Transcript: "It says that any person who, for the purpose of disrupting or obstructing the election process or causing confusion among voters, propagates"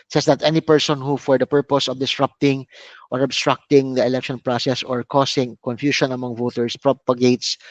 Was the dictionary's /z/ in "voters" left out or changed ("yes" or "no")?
yes